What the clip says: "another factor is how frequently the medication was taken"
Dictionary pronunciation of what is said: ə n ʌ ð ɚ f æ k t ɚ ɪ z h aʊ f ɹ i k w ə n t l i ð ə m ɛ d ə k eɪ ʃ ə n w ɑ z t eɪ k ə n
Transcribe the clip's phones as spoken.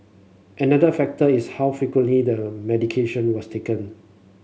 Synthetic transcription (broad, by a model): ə n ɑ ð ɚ f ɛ k t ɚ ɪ s h aʊ f i k w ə n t l i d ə m ɛ d ə k eɪ ʃ ə n w ɑ s t eɪ k ə n